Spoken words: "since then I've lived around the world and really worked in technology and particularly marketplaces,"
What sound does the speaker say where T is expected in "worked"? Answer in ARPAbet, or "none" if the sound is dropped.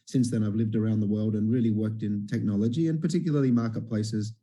T